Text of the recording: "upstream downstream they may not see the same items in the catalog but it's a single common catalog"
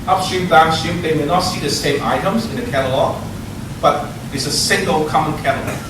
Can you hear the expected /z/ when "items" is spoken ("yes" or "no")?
yes